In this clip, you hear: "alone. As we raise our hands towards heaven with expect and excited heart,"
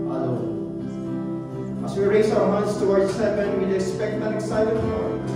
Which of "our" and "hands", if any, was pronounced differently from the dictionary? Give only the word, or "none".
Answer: hands